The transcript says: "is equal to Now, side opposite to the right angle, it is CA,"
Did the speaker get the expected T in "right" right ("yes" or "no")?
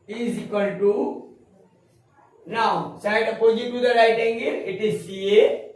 yes